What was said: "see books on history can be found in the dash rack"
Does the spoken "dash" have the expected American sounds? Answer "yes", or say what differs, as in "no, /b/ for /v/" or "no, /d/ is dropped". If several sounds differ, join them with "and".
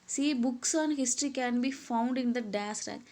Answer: no, /s/ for /ʃ/